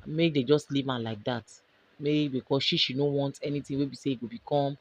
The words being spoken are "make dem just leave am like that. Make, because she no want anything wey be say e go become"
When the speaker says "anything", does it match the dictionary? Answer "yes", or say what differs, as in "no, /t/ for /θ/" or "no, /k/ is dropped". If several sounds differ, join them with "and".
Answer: no, /t/ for /θ/